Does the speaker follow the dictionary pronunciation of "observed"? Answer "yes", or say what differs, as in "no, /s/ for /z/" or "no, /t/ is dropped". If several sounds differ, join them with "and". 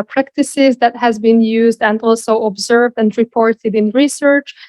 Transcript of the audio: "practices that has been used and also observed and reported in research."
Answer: yes